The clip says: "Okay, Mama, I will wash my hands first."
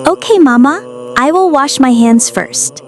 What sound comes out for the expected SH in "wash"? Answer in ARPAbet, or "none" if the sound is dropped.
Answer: SH